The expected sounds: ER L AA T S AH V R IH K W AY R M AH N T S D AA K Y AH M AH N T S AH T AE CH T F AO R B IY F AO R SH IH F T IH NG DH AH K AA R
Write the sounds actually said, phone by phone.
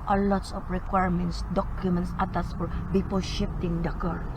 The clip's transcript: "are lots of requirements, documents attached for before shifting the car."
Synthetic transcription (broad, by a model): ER L AA T S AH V R IH K W AY R M AH N T S D AA K Y AH M AH N T S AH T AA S F AO R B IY P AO L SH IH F T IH NG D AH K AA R